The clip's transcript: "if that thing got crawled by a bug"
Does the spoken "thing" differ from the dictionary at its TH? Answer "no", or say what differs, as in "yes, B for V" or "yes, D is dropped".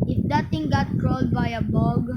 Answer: yes, T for TH